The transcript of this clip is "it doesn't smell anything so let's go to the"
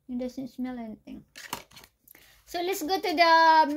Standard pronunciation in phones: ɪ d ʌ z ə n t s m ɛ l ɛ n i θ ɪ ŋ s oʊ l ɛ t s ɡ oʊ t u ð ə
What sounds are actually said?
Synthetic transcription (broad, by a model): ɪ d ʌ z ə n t s m ɛ l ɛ n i t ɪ ŋ s oʊ l ɛ t s ɡ oʊ t u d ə